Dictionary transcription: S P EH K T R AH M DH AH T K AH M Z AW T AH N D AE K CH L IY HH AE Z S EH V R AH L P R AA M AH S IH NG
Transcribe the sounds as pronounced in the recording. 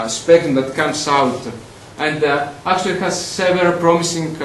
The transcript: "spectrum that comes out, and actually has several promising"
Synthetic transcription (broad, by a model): S P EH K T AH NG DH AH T K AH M S AW T AH N D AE K CH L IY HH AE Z S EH V AH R P R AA M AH S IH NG